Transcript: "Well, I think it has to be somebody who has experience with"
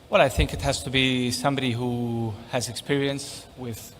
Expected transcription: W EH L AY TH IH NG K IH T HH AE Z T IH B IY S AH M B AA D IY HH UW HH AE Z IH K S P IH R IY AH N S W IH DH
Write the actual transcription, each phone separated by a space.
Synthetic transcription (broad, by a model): W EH L AY TH IH NG K IH T HH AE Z T IH B IY S AH M B AA D IY HH UW HH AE Z IH K S P IH R IY AH N S W IH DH